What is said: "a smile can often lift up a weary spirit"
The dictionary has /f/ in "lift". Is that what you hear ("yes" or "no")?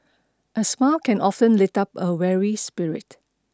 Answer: no